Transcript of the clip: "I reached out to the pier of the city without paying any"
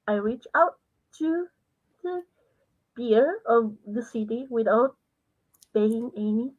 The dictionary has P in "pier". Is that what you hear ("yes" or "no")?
no